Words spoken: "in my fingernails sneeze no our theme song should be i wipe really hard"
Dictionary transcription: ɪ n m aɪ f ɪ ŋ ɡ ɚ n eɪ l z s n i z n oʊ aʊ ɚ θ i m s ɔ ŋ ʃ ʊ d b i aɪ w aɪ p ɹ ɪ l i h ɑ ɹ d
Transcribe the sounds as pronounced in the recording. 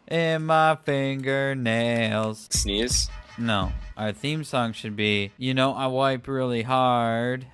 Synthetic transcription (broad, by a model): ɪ n m aɪ f ɪ ŋ ɡ ɚ n eɪ l z s n i z n oʊ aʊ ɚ θ i m s ɔ ŋ ʃ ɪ d b i aɪ w aɪ p ɹ ɪ l i h ɑ ɹ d